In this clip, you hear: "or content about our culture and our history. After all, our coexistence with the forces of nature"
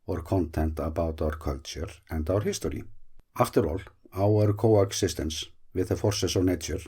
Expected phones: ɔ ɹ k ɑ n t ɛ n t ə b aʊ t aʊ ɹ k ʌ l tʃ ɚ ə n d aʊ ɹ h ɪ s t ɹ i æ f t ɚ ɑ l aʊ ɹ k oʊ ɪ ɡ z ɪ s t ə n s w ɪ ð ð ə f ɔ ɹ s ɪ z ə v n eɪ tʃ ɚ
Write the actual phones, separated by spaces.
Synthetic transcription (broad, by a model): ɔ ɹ k ɑ n t ɛ n t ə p aʊ t aʊ ɹ k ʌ l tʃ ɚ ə n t aʊ ɹ h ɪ s t ɹ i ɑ f t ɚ ɑ l aʊ ɹ k oʊ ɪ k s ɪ s t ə n s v ɪ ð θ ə f ɔ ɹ s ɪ s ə w n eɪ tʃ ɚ